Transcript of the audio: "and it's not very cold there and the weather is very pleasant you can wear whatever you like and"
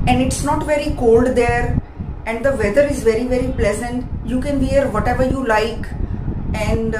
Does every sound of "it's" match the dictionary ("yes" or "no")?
yes